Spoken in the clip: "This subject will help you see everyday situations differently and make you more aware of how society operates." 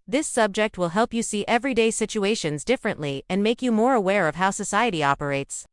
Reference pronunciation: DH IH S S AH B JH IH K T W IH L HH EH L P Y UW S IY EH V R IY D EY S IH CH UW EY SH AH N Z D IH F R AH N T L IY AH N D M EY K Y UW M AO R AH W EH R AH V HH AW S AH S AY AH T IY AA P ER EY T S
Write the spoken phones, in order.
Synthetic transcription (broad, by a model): DH IH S S AH B JH IH K T W IH L HH EH L P Y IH S IY EH V R IY D EY S IH CH UW EY SH AH N Z D IH F R AH N T L IY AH N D M EY K Y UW M AO R AH W EH R AH V HH AW S AH S AY AH T IY AA P ER EY T S